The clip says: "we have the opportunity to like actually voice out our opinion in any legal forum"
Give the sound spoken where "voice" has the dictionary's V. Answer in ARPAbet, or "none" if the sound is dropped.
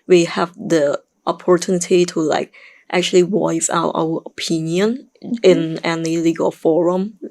W